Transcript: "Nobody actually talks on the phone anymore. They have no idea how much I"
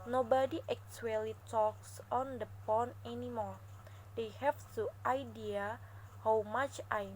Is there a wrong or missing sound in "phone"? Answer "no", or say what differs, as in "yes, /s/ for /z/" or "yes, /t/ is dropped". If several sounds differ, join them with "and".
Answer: yes, /p/ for /f/